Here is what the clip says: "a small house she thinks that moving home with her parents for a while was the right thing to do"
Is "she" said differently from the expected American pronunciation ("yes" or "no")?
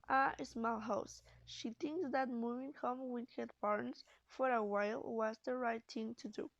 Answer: no